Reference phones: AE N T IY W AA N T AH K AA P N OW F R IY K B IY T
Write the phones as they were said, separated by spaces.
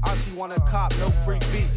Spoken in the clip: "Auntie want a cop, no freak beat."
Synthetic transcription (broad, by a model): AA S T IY W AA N AH K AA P N OW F R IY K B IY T